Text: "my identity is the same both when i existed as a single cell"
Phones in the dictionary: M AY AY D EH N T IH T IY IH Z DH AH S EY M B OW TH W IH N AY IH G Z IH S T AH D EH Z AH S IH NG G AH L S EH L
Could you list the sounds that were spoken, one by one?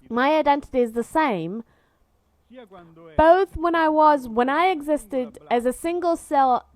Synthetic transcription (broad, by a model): M AY AY D EH N T IH T IY IH Z DH AH S EY M B OW TH W IH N AY IH G Z IH S T AH D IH Z AH S IH NG G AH L S EH L